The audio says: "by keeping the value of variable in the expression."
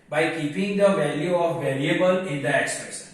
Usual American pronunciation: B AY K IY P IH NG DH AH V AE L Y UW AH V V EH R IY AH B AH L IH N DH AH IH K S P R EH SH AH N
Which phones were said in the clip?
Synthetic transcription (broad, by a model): B AY K IY P IH NG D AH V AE L Y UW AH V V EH L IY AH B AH L IH N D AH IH K S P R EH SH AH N